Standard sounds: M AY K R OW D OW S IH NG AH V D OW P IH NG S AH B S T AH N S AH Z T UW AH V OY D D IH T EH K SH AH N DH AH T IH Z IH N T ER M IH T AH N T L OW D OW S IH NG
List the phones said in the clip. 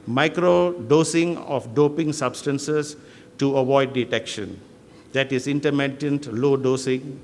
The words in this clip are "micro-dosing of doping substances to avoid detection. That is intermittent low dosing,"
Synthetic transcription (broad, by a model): M AY K R OW D OW S IH NG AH F D OW P IH NG S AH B S T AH N S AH S T UW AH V OY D D IH T EH K SH AH N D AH T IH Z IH N T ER M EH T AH N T L OW D OW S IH NG